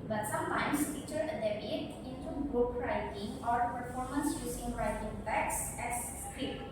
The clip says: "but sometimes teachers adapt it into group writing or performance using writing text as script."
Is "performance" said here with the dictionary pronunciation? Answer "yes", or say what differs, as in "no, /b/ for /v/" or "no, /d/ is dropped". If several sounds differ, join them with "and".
yes